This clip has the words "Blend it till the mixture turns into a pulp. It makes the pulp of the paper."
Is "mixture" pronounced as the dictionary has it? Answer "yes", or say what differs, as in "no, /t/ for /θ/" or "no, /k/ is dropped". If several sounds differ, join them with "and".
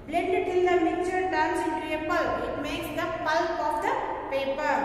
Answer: no, /s/ is dropped